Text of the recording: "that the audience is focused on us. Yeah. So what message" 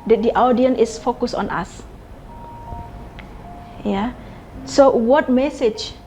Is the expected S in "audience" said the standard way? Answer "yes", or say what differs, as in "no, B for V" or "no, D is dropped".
no, S is dropped